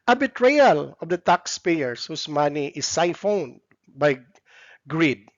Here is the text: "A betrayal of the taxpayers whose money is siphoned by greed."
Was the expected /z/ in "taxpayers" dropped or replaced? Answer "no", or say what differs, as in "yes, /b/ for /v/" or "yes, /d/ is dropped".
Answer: yes, /s/ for /z/